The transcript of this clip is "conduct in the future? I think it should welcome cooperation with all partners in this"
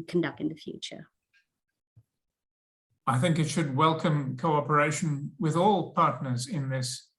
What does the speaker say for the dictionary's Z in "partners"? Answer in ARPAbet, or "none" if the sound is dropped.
Z